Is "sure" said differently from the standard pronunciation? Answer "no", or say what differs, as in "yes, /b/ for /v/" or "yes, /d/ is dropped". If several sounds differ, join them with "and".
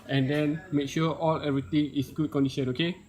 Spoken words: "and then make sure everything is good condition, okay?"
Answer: yes, /l/ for /ɹ/